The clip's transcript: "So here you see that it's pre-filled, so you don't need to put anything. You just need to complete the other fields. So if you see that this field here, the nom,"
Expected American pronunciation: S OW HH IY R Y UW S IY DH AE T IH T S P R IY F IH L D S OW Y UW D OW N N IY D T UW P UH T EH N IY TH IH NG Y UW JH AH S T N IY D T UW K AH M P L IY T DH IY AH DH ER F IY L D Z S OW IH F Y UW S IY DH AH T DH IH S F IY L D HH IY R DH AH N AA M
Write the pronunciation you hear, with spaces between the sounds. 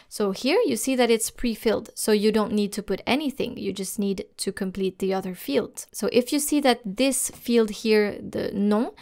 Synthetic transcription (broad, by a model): S OW HH IY R Y UW S IY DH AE T IH T S P R IY F IH L D S OW Y UW D OW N N IY D T UW P UH T EH N IY TH IH NG Y UW JH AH S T N IY D T UW K AH M P L IY T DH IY AH DH ER F IY L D S OW IH F Y UW S IY DH AH T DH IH S F IY L D HH IY R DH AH N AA